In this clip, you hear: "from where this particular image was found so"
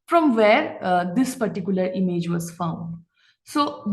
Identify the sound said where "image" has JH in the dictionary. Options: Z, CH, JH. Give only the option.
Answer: JH